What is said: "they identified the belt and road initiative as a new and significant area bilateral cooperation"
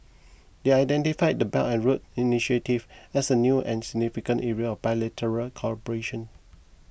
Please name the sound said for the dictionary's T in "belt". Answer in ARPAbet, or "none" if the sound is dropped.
none